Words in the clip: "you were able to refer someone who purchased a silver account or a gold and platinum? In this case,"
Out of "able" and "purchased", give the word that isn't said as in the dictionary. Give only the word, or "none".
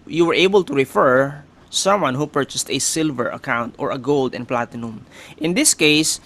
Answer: none